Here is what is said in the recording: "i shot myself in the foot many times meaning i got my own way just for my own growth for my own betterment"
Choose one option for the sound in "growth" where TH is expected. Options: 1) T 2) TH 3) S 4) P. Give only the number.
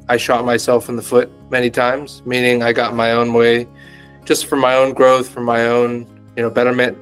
2